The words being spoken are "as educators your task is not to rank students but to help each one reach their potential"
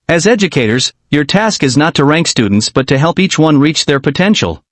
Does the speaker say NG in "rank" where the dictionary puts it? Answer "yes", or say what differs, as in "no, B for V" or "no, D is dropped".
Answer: yes